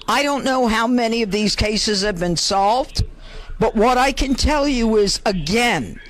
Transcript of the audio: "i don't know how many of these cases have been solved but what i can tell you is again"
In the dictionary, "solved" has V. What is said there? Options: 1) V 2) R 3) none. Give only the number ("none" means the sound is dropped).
1